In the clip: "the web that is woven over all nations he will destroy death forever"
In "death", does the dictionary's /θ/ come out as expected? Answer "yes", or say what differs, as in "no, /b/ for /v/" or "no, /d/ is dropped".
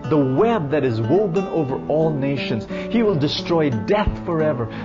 yes